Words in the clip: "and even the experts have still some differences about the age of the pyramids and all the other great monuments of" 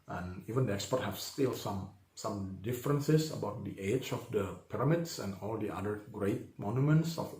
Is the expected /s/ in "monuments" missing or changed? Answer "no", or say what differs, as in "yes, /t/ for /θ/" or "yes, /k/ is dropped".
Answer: no